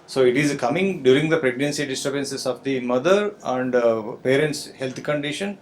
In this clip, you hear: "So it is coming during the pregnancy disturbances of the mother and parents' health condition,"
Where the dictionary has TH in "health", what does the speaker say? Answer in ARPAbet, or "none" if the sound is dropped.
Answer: T